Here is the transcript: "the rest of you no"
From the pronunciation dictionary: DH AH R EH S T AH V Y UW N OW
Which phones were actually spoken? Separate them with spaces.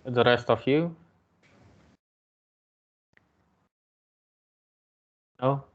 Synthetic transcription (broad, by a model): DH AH R EH S T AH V Y UW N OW